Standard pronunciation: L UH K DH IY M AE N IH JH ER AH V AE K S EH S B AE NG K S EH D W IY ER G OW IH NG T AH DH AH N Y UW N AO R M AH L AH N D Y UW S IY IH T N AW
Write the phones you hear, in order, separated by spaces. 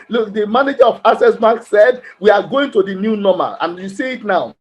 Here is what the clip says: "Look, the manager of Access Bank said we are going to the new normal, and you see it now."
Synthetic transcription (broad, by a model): L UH K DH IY M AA N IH JH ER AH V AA S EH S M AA K S EH D W IY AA G OW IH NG T AH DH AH N Y UW N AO M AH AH N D Y UW S IY IH T N AW